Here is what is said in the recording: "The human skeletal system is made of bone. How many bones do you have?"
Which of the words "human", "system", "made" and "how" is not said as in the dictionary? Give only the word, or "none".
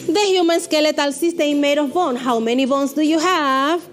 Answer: system